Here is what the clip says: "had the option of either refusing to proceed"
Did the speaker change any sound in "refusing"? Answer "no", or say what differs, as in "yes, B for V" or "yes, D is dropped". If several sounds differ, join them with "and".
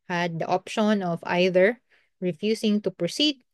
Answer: yes, S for Z